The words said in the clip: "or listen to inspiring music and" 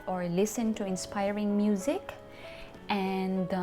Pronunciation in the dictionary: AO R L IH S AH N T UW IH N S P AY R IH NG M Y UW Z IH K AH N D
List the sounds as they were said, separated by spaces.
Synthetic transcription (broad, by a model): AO R L IH S AH N T UW IH N S P AY R IH NG M Y UW Z IH K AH N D